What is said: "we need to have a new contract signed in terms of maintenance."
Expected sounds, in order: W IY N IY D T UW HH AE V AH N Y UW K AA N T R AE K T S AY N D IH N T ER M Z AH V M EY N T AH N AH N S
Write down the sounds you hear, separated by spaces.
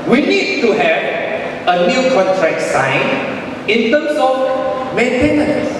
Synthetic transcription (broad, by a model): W IY N IY D T UW HH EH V AH N Y UW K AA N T R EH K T S AY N IH N T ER M S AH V M EY N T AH N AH N S